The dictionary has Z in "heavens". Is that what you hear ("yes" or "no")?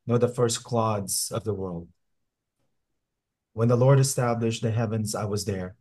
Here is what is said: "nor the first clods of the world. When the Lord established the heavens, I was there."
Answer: yes